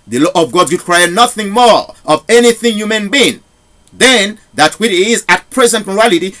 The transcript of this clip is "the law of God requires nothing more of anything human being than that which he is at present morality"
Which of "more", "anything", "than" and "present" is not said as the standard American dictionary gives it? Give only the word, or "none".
none